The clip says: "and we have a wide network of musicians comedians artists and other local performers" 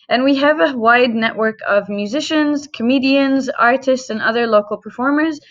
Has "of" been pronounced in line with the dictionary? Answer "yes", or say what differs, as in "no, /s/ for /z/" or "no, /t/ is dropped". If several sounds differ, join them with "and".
yes